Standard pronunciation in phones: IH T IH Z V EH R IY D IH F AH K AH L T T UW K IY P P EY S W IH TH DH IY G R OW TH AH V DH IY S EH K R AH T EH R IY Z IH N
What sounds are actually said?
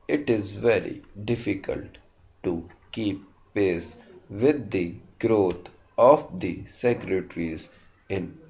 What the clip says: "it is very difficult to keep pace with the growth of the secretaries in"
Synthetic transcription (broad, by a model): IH T IH Z V EH R IY D IH F AH K AH L T T UW K IY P P EY S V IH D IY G R OW T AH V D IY S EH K R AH T R IY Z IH N